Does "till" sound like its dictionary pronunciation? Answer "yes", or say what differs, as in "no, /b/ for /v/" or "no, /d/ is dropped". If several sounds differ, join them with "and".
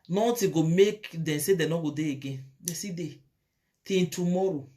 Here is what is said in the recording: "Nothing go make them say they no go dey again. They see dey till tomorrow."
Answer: no, /n/ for /l/